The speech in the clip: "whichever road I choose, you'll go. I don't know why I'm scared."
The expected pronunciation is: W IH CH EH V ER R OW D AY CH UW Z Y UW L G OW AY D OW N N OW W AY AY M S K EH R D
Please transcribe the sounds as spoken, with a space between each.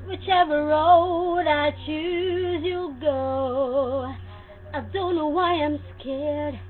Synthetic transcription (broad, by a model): W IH CH EH V ER R OW D AY CH UW Z Y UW L G OW AY D OW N N OW W AY AY M S K EH R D